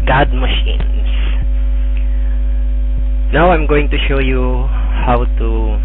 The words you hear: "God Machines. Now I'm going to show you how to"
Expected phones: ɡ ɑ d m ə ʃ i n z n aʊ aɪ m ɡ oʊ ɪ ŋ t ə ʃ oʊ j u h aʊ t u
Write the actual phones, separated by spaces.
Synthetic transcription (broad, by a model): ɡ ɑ d m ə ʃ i n s n aʊ aɪ m ɡ oʊ ɪ ŋ t ə ʃ oʊ j u h aʊ t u